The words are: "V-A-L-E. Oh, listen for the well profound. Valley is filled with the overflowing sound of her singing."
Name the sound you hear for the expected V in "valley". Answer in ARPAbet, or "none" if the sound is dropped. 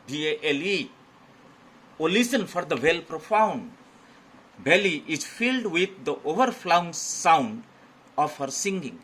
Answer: B